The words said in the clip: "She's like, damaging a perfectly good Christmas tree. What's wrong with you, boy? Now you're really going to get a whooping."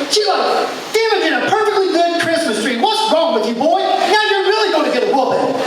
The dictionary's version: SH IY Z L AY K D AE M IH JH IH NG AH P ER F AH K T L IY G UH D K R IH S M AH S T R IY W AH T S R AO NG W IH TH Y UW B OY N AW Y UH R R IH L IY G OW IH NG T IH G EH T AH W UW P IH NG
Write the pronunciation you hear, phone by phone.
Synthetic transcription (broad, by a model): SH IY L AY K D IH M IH IH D AH P ER F AH K T L IY G UH D K R IH S M AH S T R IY W AH T S R AO NG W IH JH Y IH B OY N Y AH R R IH L IY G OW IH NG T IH G EH T AH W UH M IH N